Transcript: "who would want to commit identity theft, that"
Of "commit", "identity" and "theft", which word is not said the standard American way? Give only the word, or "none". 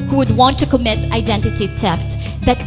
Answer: theft